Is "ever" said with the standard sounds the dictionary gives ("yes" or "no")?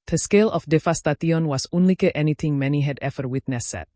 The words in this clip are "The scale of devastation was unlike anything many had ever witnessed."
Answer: no